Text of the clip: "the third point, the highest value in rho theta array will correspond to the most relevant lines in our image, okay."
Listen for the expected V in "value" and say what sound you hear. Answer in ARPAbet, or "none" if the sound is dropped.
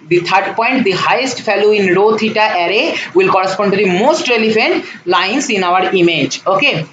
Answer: F